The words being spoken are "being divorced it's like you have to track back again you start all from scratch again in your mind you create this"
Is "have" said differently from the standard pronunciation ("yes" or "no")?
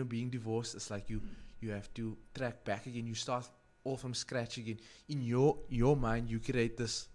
yes